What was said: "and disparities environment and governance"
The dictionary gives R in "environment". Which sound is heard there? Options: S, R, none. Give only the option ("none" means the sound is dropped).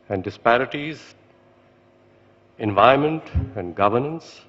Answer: none